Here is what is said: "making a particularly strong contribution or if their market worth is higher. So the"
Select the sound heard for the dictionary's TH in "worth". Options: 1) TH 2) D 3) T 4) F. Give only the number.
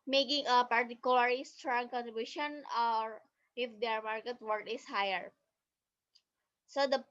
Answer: 3